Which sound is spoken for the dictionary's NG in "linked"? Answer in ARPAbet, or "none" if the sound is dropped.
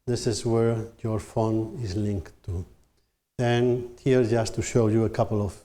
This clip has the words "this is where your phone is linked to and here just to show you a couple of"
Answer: NG